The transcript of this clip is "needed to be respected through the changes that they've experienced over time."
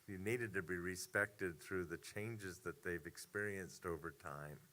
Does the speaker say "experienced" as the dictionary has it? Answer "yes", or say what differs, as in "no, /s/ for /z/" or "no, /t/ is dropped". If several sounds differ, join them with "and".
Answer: yes